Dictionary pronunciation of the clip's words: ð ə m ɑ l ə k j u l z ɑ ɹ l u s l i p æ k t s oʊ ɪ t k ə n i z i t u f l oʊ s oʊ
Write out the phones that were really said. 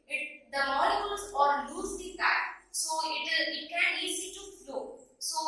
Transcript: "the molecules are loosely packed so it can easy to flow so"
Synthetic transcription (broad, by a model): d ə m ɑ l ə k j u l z ɑ ɹ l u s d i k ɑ t s oʊ ɪ t k ə n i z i t u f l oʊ s oʊ